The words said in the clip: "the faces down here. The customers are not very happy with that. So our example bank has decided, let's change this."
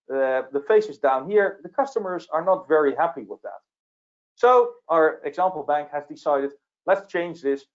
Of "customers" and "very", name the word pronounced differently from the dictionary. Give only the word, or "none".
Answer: none